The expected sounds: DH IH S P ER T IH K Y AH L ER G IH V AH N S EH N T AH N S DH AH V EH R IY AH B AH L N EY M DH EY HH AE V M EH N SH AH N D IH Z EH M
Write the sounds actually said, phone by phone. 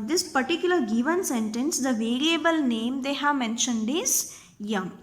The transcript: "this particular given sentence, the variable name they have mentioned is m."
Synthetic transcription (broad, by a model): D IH S P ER T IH K Y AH L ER G IH V AH N S EH N T AH N S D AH V EH R IY AH B AH L N EY M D EY HH AE V M EH N SH AH N D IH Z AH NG